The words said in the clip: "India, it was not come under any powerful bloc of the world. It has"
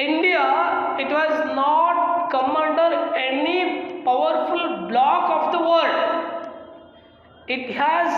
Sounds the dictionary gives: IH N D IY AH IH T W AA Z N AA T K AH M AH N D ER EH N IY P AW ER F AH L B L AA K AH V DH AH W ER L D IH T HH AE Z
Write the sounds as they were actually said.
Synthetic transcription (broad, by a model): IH N D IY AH IH T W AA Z N AA T K AH M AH N D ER EH N IY P AW ER F AH L B L AA K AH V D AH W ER D IH T HH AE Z